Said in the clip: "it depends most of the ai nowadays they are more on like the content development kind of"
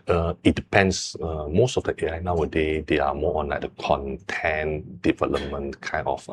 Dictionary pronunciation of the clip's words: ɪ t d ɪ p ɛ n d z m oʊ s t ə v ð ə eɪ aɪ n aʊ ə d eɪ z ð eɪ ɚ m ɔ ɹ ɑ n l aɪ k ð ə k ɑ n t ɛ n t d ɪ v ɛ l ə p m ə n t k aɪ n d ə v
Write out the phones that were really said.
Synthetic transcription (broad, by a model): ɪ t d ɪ p ɛ n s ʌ m oʊ s t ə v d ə eɪ aɪ n aʊ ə d eɪ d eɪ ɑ m ɔ ɑ n l aɪ k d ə k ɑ n t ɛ n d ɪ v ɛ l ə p m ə n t k aɪ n ə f